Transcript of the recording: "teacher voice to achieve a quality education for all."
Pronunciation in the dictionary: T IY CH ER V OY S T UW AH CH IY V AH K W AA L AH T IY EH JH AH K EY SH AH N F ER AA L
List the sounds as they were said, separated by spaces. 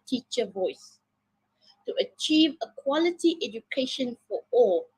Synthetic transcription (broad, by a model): T IY CH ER V OY S T UW AH CH IY V AH K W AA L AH T IY EH JH AH K EY SH AH N F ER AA L